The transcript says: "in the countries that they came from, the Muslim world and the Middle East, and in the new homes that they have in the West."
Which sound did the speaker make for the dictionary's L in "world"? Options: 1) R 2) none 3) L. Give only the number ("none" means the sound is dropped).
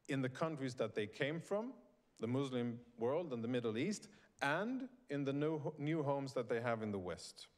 3